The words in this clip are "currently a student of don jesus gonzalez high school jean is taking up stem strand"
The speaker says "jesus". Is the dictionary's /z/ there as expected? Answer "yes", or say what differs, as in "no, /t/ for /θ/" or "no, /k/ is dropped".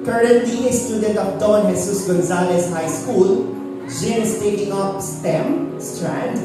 no, /s/ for /z/